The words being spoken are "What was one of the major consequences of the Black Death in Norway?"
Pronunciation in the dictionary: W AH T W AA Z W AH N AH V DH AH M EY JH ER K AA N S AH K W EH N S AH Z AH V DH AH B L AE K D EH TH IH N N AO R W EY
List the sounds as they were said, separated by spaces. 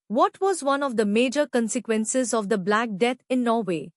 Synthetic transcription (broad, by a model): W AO T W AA Z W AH N AH V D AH M EY JH ER K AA N S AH K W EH N S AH Z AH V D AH B L AE K D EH T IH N N AO R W EY